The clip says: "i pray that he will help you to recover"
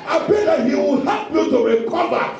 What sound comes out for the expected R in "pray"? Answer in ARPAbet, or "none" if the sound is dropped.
none